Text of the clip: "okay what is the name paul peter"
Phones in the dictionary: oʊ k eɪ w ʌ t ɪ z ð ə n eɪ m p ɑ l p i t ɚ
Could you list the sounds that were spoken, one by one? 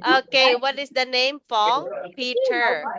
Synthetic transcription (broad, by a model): oʊ k eɪ w ʌ t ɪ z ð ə n eɪ m f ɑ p i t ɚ